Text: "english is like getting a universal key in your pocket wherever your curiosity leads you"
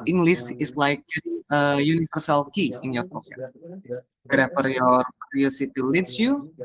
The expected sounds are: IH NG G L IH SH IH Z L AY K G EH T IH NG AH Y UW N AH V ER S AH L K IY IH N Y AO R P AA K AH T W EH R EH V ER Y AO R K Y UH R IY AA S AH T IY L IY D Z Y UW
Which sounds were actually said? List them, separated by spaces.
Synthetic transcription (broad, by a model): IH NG G L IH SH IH S L AY K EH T AH Y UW N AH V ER S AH L K IY IH N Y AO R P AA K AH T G R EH F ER Y AO R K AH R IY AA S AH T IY L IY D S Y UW